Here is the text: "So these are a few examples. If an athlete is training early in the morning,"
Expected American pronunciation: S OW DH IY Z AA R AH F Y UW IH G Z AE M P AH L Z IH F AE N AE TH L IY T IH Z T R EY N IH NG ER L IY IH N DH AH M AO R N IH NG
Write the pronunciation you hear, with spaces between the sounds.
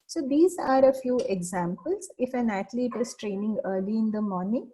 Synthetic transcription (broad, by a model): S OW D IY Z AA R AH F Y UW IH G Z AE M P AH L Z IH F AE N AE T L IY T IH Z T R EY N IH NG ER L IY IH N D AH M AO R N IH NG